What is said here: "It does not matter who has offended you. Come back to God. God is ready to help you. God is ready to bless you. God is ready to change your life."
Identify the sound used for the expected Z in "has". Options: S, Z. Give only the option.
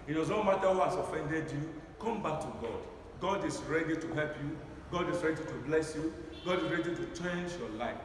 S